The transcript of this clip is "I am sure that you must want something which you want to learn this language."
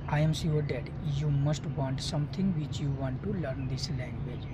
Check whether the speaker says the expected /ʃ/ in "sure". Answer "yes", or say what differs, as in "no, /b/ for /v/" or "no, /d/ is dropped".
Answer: no, /s/ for /ʃ/